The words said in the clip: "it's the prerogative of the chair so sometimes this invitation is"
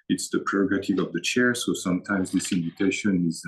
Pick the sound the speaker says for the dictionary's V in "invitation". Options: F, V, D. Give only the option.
V